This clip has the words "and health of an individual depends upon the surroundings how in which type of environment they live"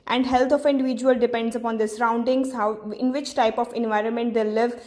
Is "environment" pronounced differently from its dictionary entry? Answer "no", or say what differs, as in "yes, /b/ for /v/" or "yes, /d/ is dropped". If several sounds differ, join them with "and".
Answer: no